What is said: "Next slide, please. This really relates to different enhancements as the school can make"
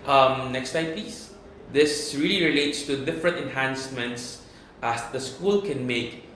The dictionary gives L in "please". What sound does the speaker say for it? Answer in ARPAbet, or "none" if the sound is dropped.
none